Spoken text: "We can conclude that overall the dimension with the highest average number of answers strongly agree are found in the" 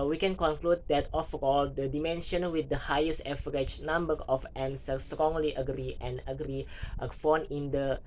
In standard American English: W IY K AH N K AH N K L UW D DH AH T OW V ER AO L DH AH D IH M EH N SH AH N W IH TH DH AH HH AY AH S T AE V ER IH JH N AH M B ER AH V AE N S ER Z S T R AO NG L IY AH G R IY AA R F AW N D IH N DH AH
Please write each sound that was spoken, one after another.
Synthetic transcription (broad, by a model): W IY K AH N K AH N K L UW D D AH T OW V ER AO L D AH D IH M EH N SH AH N W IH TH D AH HH AY AH S T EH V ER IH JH N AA M B ER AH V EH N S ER S T R AO NG L IY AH G R IY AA R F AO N IH N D AH